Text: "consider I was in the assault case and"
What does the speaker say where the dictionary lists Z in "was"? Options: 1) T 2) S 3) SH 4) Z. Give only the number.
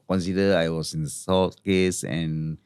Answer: 2